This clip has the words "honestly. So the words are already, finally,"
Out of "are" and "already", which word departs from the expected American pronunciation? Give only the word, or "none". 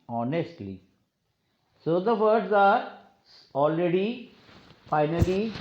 none